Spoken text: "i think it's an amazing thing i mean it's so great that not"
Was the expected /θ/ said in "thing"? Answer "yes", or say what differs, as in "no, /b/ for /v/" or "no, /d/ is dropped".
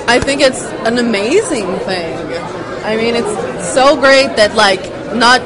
yes